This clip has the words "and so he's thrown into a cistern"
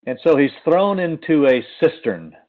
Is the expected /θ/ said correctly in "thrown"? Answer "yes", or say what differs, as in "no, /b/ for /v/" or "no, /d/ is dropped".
yes